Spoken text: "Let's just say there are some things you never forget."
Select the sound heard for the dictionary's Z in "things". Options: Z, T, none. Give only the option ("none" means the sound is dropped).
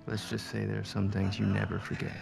Z